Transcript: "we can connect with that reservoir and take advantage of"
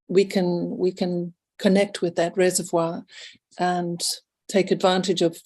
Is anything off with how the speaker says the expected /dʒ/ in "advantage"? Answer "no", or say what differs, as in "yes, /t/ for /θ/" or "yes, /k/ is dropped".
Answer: no